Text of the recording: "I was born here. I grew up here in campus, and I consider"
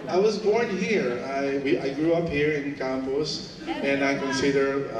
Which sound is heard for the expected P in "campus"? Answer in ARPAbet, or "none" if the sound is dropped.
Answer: B